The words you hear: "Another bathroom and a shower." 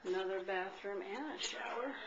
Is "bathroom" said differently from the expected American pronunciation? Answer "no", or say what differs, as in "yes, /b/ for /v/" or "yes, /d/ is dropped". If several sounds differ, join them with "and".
no